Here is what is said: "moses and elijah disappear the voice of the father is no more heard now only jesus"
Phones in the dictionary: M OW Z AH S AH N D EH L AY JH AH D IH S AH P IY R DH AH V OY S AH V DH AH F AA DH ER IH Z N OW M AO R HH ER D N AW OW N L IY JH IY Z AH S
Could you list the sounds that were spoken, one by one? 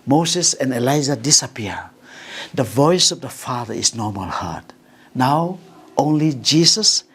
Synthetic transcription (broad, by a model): M OW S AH S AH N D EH L AY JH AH D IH S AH P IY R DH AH V OY S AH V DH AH F AA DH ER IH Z N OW M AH L HH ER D N AW OW N L IY JH IY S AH S